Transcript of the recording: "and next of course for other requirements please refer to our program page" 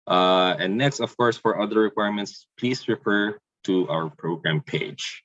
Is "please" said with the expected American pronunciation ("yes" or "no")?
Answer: no